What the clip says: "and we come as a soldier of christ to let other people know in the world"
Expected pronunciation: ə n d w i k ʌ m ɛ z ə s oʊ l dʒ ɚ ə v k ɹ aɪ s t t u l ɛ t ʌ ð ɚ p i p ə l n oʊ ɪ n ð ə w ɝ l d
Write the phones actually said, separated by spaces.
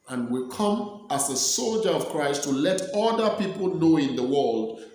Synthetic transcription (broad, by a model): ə n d w i k ʌ m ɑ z ə s oʊ l dʒ ɚ ə v k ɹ aɪ s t t u l ɛ t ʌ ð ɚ p i p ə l n oʊ ɪ n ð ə w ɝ l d